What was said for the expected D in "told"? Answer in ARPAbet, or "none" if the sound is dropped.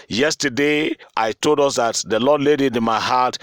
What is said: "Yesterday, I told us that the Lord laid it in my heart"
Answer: D